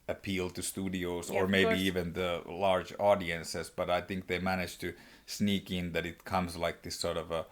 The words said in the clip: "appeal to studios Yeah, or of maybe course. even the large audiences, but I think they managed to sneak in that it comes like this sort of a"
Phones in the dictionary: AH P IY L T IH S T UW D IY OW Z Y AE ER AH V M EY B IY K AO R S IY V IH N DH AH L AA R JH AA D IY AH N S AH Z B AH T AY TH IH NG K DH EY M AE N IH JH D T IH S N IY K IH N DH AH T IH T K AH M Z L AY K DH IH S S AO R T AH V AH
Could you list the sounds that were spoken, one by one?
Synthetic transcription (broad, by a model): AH P IY L T IH S T UW D IY OW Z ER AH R M EY B IY IY V IH N DH AH L AA R JH AA D IY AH N S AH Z B AH T AY TH IH NG K DH EY M AE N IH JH T IH S N IY K IH N DH AH T IH T K AH M Z L AY K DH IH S S AO R T AH V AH